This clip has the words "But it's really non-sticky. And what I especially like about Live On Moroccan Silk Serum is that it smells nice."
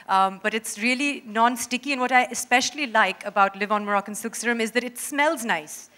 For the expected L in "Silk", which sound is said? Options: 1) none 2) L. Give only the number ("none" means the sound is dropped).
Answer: 1